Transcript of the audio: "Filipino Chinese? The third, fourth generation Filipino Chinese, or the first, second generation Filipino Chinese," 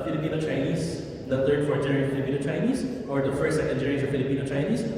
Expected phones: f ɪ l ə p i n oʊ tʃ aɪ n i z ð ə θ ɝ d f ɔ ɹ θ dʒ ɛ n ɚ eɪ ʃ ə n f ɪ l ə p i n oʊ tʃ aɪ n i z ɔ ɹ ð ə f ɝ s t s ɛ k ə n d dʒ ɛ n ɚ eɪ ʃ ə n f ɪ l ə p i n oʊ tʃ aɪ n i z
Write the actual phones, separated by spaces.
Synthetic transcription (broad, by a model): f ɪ l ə p i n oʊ tʃ aɪ n i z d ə t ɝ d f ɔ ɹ t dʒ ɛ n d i ə f ɪ l ə p i n oʊ tʃ aɪ n i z ɔ ɹ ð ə f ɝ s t s ɛ k ə n d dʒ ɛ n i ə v f ɪ l ə p i n oʊ tʃ aɪ n i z